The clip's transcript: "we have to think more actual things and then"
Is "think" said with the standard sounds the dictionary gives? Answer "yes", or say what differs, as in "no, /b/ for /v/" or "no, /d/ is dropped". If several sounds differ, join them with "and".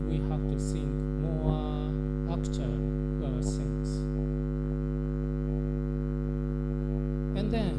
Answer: no, /s/ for /θ/